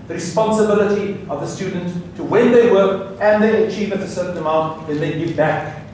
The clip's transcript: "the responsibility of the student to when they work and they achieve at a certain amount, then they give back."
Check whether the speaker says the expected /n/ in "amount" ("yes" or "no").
no